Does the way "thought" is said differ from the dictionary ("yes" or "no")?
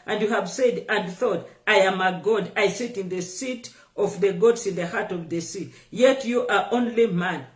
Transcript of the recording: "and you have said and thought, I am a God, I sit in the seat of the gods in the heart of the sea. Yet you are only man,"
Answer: no